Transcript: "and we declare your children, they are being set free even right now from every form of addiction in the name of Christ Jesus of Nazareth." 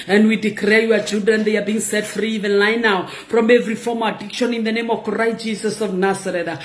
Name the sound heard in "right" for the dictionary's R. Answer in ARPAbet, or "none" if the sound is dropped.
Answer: L